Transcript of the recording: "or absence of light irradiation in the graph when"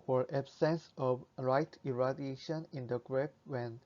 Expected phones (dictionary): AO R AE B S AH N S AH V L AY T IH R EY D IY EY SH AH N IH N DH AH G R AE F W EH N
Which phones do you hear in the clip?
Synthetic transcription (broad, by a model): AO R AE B S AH N S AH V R AY T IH R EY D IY EY SH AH N IH N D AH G R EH P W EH N